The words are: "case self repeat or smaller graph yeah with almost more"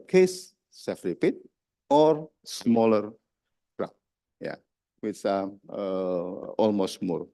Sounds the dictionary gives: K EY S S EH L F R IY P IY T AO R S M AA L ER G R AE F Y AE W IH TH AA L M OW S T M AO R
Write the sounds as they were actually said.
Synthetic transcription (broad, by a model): K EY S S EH F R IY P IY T AO R S M AA L ER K R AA P Y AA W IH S AA L M OW S T M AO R